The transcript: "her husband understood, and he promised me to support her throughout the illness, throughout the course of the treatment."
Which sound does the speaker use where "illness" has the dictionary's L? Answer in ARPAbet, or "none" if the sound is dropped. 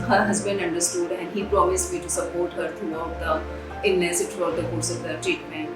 N